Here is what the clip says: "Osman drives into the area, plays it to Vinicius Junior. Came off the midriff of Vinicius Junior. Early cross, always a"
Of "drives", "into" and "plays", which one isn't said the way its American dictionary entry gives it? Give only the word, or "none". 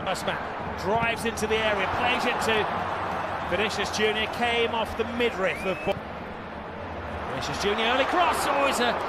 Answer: none